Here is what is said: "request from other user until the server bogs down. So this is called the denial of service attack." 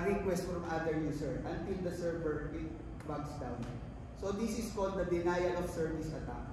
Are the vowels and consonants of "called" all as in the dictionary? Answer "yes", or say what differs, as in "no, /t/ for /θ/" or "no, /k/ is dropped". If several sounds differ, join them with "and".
no, /n/ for /l/